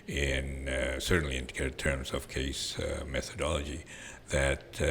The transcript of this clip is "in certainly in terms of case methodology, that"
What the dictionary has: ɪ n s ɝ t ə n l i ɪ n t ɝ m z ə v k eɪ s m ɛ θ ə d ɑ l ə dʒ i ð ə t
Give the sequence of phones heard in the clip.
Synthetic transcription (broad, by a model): ɪ n s ɝ t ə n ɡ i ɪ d t ɝ m z ə v k eɪ s m ɛ θ ə d ɑ l ə dʒ i ð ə t